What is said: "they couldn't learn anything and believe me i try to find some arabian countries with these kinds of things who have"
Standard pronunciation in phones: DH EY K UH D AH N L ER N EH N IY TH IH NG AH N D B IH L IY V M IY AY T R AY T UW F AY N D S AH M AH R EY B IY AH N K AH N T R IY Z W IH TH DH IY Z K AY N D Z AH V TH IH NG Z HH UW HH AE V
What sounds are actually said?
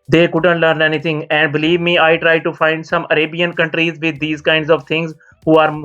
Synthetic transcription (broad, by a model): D EY K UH D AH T L ER N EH N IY T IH NG AH N D B IH L IY V M IY AY T R AY T UW F AY N D S AH M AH R EY B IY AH N K AH N T R IY Z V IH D IY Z K AY N D Z AH V T IH NG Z HH UW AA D